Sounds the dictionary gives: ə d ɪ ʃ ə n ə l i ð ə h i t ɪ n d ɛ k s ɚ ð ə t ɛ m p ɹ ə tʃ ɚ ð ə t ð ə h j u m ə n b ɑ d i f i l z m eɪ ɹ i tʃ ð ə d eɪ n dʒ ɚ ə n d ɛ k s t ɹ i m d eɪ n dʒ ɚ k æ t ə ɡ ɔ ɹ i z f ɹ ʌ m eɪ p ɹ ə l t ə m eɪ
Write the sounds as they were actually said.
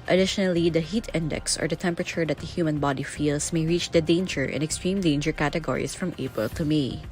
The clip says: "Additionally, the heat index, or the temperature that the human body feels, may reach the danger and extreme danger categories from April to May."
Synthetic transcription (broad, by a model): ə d ɪ ʃ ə n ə l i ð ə h i t ɪ n d ɛ k s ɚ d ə t ɛ m p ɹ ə tʃ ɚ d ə t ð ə h j u m ə n b ɑ d i f i l s m eɪ ɹ i tʃ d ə d eɪ n dʒ ɚ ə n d ɛ k s t ɹ i m d eɪ n dʒ ɚ k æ t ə ɡ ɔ ɹ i s f ɹ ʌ m eɪ p ɹ ə l t ə m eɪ